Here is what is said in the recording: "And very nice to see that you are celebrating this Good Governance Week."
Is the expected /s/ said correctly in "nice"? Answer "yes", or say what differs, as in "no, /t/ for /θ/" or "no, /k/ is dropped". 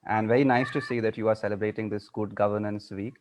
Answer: yes